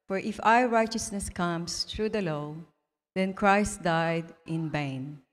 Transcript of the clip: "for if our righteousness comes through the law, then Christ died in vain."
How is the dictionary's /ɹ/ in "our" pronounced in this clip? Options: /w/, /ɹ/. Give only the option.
/w/